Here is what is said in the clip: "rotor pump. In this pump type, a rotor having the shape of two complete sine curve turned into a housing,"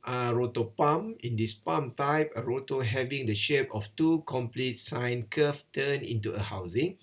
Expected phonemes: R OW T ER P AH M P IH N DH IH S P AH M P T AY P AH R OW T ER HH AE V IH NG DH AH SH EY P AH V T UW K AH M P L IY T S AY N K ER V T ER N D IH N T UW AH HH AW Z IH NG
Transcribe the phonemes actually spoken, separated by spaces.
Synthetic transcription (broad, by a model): R OW T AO P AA M IH N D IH S P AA M T AY P AH R OW T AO HH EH V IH NG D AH SH EY P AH F T UW K AH M P L IY T S AY N K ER F T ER N IH N T UW AH HH AW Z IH NG